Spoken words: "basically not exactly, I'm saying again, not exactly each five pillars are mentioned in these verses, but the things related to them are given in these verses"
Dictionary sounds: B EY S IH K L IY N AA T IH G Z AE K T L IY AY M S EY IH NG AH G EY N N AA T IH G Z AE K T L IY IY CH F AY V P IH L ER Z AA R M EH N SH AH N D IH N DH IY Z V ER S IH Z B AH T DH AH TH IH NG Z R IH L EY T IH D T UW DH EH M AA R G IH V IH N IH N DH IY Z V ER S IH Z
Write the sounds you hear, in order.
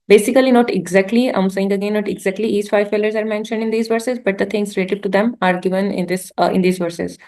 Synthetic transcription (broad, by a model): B EY S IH K L IY N AA T IH G Z AE K T L IY AY M S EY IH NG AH G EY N N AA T IH G Z AE K T L IY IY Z F AY V F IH L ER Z AA R M EH N SH AH N D IH N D IY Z V ER S IH Z B AH T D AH T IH NG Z R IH L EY T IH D T UW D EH M AA R G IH V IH N IH N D IY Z V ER S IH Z